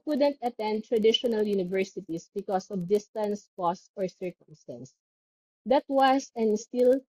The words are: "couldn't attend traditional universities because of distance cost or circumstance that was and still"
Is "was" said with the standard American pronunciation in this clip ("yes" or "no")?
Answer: no